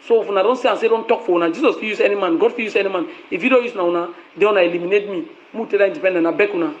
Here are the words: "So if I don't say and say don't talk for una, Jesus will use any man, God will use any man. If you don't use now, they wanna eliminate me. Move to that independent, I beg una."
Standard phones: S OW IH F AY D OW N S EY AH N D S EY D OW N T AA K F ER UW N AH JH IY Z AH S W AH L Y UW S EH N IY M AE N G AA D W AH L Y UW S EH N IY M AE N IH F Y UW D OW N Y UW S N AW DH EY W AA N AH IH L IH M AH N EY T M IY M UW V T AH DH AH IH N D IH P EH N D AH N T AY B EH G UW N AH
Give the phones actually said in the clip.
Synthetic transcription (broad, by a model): S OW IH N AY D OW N S EY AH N S EY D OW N T AA K F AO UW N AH JH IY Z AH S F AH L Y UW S EH N IY M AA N G AA D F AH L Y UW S EH N IY M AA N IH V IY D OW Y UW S N AW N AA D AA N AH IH L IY M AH N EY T M IY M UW T AH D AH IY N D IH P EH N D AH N AY B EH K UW N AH